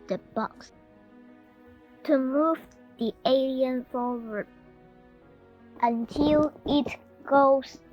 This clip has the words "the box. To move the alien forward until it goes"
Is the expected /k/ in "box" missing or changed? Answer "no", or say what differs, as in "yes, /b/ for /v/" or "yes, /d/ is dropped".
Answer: no